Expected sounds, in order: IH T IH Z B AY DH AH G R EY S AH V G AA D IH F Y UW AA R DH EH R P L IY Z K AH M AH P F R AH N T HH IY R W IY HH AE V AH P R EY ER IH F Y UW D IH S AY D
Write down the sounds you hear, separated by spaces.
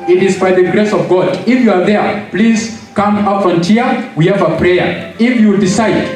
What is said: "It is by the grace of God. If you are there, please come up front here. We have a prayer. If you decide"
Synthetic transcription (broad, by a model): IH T IH Z B AY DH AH G R EY S AH V G AA D IH F Y UW AA R DH EH R P L IY Z K AH M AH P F AH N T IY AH W IY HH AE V AH P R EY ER IH F Y UW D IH S AY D